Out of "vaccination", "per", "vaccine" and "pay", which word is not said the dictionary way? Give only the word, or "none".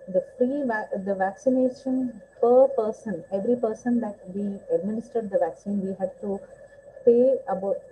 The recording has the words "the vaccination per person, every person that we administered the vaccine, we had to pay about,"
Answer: none